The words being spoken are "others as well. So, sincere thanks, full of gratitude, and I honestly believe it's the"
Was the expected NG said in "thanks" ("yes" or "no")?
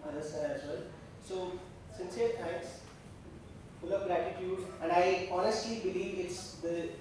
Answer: no